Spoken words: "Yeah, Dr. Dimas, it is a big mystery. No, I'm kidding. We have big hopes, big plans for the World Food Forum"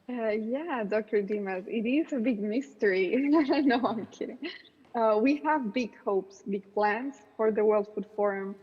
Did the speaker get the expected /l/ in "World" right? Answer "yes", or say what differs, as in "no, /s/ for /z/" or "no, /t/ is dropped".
yes